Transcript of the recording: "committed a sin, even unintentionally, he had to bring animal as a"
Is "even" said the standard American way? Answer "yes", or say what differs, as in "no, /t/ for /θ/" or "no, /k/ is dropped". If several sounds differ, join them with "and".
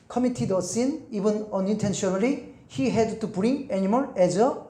no, /b/ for /v/